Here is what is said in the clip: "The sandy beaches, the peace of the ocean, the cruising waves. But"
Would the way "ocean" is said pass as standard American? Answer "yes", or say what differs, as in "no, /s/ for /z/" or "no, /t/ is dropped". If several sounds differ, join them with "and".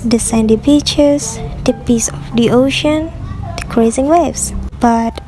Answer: yes